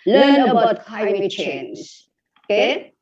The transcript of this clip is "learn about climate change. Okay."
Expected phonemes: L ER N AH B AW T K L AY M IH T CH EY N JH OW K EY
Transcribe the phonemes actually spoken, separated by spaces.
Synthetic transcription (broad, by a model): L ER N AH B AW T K AY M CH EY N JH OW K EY